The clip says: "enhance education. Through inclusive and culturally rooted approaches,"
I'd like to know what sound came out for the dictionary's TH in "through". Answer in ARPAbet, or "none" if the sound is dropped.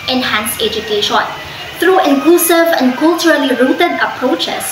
T